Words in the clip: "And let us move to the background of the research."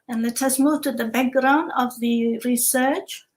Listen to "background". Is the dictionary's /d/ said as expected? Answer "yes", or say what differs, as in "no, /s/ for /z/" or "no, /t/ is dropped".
yes